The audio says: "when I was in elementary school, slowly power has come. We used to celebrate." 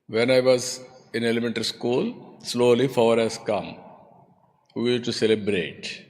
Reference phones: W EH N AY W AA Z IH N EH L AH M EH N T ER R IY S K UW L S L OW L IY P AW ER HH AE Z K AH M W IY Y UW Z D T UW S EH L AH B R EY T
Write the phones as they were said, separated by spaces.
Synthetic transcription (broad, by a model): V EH N AY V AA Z IH N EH L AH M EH N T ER R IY S K UW L S L OW L IY F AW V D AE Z K AH M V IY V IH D T UW S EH L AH B R EY T